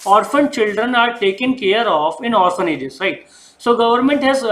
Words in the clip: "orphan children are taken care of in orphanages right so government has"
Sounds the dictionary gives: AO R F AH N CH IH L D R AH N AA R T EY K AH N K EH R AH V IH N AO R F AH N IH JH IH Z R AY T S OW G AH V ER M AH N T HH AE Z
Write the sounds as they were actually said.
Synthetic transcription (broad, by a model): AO R F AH N CH IH L D R AH N AA R T EY K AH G K EH R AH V IH N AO R F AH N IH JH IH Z R AY T S OW G AH V ER M AH N T HH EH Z